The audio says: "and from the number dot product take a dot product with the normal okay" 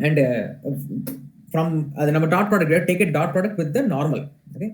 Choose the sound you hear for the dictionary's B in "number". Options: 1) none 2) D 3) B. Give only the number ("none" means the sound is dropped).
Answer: 1